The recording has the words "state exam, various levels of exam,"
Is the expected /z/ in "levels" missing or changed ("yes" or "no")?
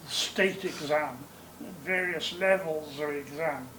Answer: no